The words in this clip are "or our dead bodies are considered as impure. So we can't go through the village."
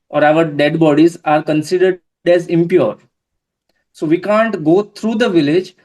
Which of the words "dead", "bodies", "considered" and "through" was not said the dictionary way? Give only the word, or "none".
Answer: through